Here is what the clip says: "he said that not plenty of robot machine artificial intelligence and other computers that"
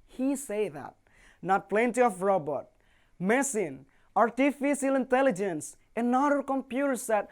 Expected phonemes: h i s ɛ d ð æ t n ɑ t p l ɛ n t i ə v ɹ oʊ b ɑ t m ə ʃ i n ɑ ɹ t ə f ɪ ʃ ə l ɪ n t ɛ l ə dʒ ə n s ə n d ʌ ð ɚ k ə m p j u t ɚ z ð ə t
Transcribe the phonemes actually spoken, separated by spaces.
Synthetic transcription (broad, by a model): h i s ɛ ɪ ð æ t n ɑ t p l ɛ n t i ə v ɹ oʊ b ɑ t m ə s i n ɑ ɹ t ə f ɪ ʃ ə l ɪ n t ɛ l ə dʒ ə n s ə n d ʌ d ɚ k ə m p j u t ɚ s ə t